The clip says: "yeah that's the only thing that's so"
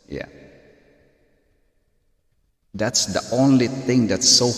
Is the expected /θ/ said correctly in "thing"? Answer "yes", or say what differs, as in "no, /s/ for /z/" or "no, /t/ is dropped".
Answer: yes